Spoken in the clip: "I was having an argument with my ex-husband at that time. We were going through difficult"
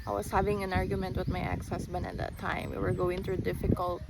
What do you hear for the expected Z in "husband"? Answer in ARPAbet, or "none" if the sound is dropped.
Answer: S